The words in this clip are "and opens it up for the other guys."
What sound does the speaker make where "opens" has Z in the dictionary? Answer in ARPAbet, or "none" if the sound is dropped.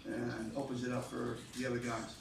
Z